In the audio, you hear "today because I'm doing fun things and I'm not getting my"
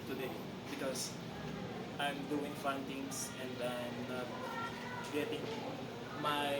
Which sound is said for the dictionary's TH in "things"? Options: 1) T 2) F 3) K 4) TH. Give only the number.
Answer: 1